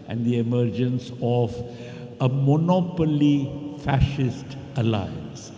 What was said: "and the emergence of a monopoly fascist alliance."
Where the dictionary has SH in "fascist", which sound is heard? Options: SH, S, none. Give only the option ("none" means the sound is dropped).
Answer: SH